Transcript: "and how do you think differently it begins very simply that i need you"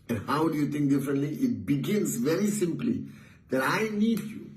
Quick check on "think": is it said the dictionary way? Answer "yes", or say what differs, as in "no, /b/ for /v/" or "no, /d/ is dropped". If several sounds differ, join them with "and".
no, /t/ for /θ/